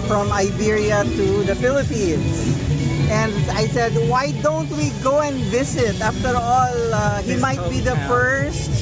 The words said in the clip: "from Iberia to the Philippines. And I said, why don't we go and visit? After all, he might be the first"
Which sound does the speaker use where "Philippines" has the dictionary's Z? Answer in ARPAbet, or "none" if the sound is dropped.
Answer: S